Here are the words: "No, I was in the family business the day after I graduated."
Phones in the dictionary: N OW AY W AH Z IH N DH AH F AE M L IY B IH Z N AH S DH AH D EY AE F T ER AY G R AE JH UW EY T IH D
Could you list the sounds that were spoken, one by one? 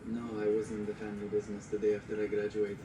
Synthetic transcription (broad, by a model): N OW AY W AH Z IH N DH AH F AE M L IY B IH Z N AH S DH AH D EY AE F T ER AY G R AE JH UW EY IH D